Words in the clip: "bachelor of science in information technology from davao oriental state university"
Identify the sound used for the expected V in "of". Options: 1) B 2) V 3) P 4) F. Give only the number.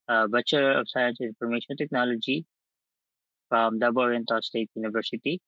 3